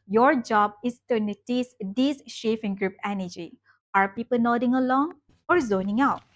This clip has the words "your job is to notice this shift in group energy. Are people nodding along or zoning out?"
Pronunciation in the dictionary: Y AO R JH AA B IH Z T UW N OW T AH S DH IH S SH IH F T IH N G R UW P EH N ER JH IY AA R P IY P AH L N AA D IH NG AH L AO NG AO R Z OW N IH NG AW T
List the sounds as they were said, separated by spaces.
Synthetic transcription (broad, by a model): Y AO R JH AA B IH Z T UW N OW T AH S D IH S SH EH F IH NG G R UW P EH N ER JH IY AA R P IY P AH L N AA D IH NG AH L AO NG AO R Z OW N IH NG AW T